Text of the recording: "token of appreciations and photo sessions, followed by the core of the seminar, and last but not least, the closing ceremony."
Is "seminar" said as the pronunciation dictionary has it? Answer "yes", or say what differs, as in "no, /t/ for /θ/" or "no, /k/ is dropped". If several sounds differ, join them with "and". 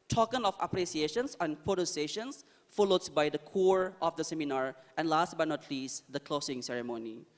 yes